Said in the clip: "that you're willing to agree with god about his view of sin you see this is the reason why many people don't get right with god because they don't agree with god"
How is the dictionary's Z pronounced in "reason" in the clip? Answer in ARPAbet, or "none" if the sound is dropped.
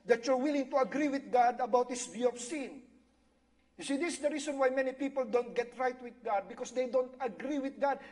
S